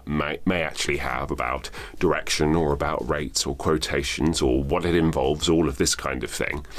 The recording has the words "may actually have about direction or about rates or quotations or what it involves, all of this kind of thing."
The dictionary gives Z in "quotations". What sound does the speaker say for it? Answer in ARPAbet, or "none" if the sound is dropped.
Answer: Z